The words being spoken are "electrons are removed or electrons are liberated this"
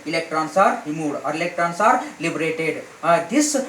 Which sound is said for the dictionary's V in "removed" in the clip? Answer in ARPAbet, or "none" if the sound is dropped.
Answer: none